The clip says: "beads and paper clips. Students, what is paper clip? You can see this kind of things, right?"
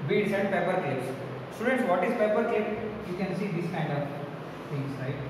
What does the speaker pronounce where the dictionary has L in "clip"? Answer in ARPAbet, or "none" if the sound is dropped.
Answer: none